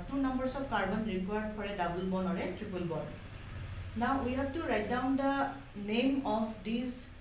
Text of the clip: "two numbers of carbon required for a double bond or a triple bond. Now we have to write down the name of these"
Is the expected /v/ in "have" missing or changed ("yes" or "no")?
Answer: yes